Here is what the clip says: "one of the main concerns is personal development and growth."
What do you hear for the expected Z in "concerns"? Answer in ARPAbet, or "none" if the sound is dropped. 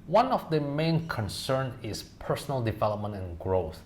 none